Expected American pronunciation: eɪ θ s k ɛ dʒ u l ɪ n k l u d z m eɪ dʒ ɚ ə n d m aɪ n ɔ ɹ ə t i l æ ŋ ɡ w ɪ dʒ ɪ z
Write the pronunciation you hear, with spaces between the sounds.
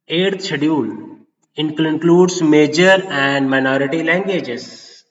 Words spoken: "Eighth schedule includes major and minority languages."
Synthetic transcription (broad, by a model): eɪ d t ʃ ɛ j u n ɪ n k l u d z m eɪ dʒ ɚ ə n d m aɪ n ɔ ɹ ə t i l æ ŋ ɡ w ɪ dʒ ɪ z